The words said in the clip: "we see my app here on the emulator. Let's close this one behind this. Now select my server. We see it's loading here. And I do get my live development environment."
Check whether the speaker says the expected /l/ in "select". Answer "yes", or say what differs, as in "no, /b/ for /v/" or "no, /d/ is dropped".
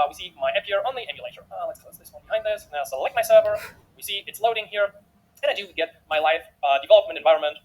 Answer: yes